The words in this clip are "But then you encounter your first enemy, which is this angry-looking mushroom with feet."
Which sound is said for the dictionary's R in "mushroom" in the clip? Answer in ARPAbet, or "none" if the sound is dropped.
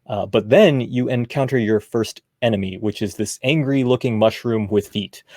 R